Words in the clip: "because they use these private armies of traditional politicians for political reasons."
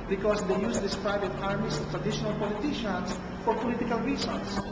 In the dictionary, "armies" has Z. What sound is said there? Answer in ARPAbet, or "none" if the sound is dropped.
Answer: S